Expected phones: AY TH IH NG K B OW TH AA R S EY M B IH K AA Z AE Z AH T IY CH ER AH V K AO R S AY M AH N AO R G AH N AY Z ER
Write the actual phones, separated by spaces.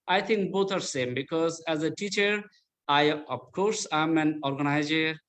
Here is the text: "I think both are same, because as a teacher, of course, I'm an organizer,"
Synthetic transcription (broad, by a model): AY T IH NG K B OW T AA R S EY M B IH K AA Z AE Z AH T IY CH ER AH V K AO R S AY M AH N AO R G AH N AY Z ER